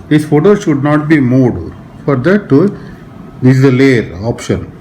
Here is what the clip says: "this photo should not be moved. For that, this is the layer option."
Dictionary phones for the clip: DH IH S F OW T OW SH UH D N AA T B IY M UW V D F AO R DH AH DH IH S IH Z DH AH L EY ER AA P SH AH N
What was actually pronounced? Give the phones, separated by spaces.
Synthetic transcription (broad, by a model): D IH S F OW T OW SH UH D N AA T B IY M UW D F AO R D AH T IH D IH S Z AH L EY ER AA P SH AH N